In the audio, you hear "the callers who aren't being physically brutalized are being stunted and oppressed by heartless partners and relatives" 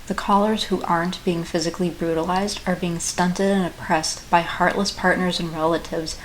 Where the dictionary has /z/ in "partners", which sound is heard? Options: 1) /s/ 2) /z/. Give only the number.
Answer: 2